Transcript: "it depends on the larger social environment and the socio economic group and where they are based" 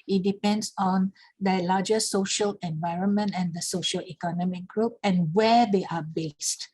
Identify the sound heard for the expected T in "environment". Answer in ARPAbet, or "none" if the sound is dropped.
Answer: T